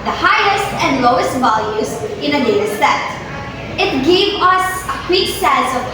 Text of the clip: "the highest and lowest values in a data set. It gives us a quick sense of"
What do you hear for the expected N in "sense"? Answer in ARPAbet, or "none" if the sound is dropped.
none